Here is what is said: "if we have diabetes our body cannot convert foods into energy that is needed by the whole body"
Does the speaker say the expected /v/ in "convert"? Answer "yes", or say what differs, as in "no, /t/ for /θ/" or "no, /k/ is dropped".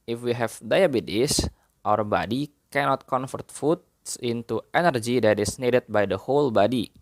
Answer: no, /f/ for /v/